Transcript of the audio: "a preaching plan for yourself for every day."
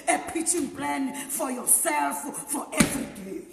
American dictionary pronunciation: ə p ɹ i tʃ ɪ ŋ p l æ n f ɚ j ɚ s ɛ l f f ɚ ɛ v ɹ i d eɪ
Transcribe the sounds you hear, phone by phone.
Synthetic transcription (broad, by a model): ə p i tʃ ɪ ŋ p l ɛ n f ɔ j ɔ s ɛ l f f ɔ ɛ v ɹ i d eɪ